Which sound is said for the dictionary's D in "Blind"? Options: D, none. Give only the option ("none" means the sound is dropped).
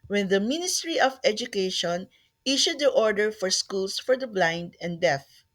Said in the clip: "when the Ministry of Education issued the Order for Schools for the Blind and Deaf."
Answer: D